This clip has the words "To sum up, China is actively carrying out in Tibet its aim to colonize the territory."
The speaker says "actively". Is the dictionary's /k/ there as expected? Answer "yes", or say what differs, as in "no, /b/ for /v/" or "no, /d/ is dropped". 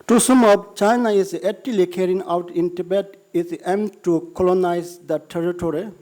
no, /k/ is dropped